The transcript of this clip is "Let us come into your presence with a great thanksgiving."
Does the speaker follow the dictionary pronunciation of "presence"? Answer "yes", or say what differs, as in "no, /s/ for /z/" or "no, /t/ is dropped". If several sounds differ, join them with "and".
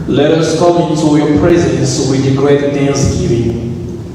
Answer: yes